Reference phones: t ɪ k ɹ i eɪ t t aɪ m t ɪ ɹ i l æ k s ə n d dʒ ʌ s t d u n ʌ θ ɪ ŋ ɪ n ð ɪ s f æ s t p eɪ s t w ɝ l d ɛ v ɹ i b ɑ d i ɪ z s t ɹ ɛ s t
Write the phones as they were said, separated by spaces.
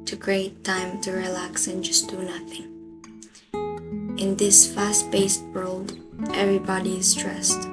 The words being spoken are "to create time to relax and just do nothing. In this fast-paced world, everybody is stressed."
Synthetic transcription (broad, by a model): t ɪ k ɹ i eɪ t t aɪ m t ɪ ɹ i l æ k s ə n dʒ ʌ s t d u n ʌ θ ɪ ŋ ɪ n ð ɪ s f æ s t b eɪ s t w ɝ l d ɛ v ɹ i b ɑ d i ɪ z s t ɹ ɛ s t